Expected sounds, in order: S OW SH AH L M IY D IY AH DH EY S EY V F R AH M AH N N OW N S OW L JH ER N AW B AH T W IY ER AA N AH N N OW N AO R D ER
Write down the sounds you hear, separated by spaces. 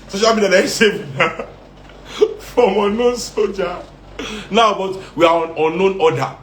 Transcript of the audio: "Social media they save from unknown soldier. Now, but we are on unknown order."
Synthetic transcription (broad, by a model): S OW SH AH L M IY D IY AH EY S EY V F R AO M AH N N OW N S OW JH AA N AW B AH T W IY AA AA N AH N N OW N AO D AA